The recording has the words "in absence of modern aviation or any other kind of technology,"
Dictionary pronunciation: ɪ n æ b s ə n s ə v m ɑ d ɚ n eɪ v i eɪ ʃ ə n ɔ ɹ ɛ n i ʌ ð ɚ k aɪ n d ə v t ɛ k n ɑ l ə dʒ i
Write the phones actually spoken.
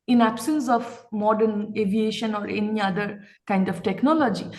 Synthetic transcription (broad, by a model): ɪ n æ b s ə n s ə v m ɑ d ɚ n eɪ v i eɪ ʃ ə n ɔ ɹ ɛ n i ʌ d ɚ k aɪ n d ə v t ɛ k n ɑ l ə dʒ i